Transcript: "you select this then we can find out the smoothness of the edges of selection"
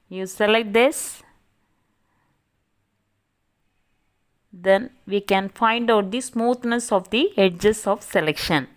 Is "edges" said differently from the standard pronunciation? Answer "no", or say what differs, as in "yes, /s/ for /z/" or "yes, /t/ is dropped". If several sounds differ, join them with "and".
yes, /s/ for /z/